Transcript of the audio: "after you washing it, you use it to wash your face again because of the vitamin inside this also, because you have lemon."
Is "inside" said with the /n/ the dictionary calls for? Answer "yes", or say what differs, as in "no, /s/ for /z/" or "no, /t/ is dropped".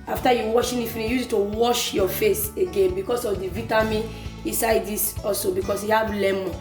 yes